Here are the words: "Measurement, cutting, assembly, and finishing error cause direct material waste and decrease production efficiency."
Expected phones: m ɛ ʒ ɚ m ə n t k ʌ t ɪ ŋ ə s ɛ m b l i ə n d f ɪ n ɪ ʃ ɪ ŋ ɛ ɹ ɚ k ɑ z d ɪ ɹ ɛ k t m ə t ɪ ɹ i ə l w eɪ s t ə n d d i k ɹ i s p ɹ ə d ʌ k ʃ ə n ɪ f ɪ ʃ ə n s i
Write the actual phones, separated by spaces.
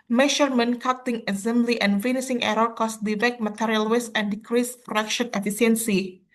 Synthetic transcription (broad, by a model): m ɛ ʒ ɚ m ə n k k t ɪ ŋ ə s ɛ m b l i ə n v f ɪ n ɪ s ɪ ŋ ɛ ɹ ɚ k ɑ s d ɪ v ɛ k m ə t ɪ ɹ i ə l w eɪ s ə n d d i k ɹ i s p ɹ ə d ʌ k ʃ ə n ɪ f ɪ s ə n s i